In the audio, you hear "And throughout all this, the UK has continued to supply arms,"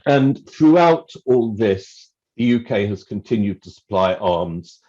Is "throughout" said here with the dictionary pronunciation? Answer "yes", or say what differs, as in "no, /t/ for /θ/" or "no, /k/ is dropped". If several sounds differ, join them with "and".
yes